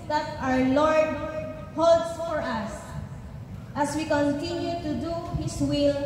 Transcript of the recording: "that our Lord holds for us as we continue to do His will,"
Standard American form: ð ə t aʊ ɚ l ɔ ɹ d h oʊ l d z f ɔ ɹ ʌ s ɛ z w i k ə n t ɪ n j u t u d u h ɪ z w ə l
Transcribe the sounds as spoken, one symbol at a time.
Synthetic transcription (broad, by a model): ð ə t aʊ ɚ l ɔ ɹ d h oʊ l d f ɔ ɹ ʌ s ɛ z w i k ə n t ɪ n j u t u d u h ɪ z w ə l